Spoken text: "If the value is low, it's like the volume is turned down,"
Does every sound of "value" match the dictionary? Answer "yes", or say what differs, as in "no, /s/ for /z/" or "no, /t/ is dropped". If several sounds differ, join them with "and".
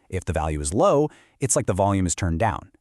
yes